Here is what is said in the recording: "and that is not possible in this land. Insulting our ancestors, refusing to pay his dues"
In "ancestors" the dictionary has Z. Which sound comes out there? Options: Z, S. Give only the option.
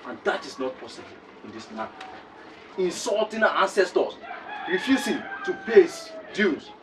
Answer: S